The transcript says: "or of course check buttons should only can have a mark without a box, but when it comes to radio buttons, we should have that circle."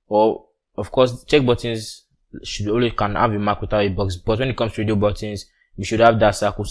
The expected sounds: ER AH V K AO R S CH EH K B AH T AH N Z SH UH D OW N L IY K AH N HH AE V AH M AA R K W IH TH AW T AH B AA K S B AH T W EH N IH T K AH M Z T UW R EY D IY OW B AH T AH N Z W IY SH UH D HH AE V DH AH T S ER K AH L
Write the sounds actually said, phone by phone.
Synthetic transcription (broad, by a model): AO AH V K AO S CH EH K B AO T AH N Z SH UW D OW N W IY K AH N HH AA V AH M AA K W IH TH AW T AH B AA K S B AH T W EH N IH T K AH M S T UW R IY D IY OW B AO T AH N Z W IY SH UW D HH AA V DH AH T S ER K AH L